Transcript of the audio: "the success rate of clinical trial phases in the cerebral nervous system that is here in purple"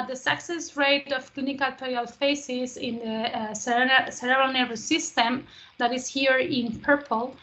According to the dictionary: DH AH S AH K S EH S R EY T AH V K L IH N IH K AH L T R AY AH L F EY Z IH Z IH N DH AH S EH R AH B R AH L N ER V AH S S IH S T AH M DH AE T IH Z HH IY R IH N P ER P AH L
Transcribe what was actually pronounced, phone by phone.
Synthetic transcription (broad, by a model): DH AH S AH K S EH S R EY T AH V K L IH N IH K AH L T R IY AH L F EY S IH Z IH N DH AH S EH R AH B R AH N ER AH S S IH S T AH M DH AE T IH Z HH IY R IH N P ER P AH L